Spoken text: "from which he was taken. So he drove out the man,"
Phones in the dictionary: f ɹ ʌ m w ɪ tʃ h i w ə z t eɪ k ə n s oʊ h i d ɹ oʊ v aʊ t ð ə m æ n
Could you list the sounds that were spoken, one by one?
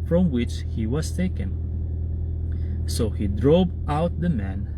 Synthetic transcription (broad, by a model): f ɹ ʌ m w ɪ tʃ h i w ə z t eɪ k ə n s oʊ h i d ɹ oʊ p aʊ t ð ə m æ n